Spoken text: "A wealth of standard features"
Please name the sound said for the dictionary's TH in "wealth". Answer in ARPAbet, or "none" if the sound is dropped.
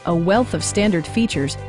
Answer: TH